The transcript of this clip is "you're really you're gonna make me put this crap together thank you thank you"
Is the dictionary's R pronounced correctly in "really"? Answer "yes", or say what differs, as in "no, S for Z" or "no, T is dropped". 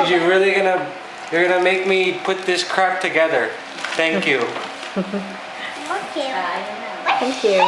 no, L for R